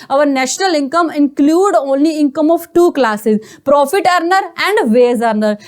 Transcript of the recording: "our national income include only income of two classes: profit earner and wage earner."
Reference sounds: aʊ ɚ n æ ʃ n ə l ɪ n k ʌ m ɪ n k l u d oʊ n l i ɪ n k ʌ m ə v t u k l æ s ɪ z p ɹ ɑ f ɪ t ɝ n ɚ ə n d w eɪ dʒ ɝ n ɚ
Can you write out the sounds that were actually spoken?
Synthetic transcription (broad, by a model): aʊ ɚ n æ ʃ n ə l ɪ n k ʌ m ɪ n k l u d oʊ n l i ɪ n k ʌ m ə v t u k l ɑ s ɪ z p ɹ ɑ f ɪ t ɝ n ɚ ə n d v eɪ z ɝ n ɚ